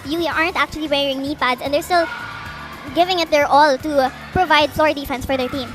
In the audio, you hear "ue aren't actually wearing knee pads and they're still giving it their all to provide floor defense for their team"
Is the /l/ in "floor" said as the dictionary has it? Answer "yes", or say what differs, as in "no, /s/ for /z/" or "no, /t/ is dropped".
yes